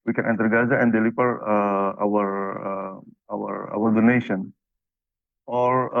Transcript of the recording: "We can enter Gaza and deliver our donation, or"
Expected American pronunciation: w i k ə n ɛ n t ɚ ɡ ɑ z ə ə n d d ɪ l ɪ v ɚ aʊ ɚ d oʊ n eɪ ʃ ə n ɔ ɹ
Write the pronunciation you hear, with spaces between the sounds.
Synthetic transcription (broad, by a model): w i k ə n ɛ n t ɚ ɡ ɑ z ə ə n d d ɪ w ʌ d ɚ aʊ ɚ d oʊ n eɪ ʃ ə n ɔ ɹ